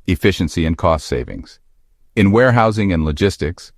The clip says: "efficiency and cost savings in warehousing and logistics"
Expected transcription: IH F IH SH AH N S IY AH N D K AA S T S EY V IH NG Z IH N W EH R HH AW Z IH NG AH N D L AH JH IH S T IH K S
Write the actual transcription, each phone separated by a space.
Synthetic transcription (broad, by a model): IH F IH SH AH N S IY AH N K AA S T S EY V IH NG Z IH N W EH R HH AW Z IH NG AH N L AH JH IH S T IH K S